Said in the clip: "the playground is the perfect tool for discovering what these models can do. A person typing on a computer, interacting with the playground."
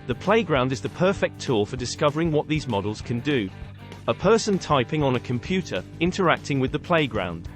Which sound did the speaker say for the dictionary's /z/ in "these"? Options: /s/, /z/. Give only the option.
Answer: /z/